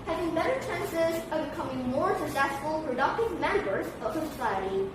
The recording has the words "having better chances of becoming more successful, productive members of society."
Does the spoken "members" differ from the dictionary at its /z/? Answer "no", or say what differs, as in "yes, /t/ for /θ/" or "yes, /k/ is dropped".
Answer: no